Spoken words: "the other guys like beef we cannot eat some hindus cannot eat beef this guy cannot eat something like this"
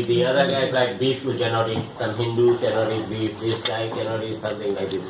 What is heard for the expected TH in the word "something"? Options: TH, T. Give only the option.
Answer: T